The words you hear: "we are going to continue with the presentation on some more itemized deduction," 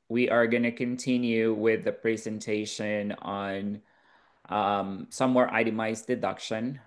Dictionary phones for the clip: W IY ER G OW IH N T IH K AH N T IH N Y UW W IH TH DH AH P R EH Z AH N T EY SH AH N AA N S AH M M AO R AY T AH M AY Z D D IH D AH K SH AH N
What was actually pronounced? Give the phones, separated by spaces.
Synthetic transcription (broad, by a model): W IY ER G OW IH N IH K AH N T IH N Y UW W IH DH AH P R EH Z AH N T EY SH AH N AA N S AH M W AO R AY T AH M AY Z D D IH D AH K SH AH N